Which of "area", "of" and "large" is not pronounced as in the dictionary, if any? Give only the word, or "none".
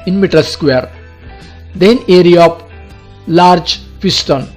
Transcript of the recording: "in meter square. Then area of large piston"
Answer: of